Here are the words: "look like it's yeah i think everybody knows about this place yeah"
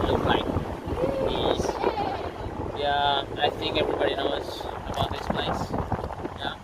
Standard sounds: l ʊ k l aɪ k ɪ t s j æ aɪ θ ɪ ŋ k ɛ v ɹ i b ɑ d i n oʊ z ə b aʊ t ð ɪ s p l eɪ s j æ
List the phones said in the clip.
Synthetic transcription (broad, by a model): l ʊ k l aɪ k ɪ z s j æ aɪ s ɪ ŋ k ɛ v ɹ i b ɑ d i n oʊ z ə b aʊ t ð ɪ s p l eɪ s j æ